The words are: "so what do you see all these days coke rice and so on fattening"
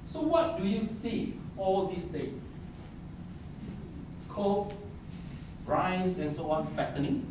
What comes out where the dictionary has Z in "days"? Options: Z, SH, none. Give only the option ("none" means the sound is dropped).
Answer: none